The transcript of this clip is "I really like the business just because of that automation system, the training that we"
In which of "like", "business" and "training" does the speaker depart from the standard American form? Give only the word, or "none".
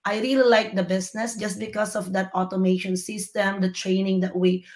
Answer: business